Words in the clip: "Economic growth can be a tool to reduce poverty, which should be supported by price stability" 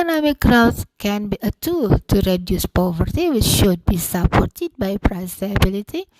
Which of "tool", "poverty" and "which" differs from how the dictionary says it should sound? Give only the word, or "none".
none